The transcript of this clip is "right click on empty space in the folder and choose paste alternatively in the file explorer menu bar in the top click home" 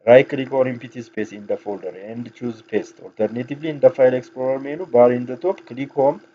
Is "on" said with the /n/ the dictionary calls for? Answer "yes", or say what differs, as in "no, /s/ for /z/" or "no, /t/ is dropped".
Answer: no, /l/ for /n/